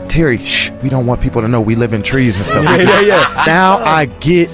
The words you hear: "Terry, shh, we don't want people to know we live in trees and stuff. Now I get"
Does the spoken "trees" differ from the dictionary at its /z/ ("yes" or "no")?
no